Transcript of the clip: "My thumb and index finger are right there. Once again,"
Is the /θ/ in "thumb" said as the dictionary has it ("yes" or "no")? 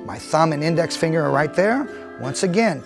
yes